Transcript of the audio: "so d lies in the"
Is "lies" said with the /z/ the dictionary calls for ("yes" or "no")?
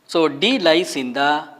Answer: no